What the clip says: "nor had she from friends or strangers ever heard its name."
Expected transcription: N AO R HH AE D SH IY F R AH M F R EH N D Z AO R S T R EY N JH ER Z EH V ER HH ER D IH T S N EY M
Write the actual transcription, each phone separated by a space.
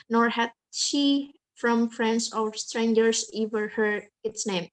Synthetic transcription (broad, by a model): N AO R HH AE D SH IY F R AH M F R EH N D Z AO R S T R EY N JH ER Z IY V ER HH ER IH T S N EY M